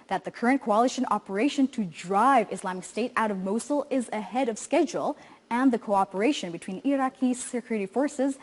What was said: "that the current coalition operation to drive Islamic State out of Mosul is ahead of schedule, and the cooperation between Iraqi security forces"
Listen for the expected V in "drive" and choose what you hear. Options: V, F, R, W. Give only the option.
V